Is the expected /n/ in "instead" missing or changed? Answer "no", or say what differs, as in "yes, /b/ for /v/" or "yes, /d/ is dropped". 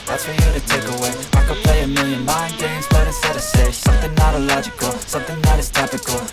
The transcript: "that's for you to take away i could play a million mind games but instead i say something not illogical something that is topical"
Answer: yes, /n/ is dropped